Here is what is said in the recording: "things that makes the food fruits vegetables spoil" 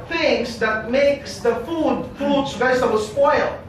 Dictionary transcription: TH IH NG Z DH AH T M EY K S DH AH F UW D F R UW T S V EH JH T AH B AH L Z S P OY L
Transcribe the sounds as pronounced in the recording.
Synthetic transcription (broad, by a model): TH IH NG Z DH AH T M EY K S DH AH F UW D P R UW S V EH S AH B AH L S P OY L